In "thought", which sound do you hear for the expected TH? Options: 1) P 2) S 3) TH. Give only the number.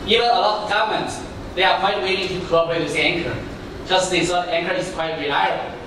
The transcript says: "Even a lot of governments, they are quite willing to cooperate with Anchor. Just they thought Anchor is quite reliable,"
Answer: 2